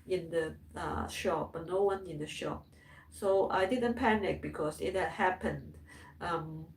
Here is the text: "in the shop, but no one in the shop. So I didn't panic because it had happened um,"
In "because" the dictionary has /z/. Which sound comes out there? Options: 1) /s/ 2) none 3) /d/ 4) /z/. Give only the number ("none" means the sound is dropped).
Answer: 1